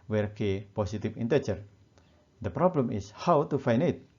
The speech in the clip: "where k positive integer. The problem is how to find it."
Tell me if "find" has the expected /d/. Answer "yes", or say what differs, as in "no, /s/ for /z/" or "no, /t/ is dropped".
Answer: no, /d/ is dropped